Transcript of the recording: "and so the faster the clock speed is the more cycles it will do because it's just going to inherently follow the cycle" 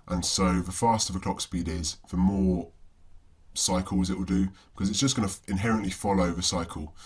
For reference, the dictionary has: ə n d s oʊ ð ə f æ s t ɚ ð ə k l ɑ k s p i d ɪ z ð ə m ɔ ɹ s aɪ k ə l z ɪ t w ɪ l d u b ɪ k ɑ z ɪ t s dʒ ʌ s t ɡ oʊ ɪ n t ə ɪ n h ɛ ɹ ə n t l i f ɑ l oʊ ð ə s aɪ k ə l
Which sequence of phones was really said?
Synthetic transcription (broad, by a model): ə n s oʊ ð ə f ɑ s t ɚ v ə k l ɑ k s p i d ɪ z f ə m ɔ s aɪ k ə l z ɪ t w ɪ l d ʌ b ɪ k ɑ z ɪ t s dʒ ʌ s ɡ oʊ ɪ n ə ɪ n h ɛ ɹ ə n t l i f ɑ l oʊ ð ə s aɪ k ə l